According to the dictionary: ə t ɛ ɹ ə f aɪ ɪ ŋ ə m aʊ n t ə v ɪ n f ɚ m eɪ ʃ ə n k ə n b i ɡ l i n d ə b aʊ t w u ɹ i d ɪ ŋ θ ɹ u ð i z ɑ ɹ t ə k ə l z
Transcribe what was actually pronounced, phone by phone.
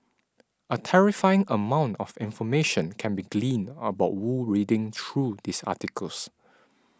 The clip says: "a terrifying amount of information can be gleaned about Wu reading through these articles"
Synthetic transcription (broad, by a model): ə t ɛ ɹ ə f aɪ ɪ ŋ ə m aʊ n t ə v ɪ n f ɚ m eɪ ʃ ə n k ə n b i ɡ l i n ə b aʊ t w u ɹ i d ɪ ŋ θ ɹ u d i s ɑ t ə k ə l s